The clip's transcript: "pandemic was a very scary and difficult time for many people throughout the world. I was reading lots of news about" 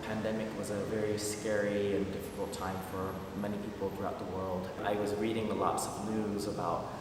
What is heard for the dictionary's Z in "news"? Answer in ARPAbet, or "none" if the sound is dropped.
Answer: Z